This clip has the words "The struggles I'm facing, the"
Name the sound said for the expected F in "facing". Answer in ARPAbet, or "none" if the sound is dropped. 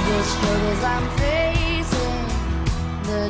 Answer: F